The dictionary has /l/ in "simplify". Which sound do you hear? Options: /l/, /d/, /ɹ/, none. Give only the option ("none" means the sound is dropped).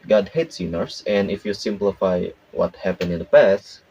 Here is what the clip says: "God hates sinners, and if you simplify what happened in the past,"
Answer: /l/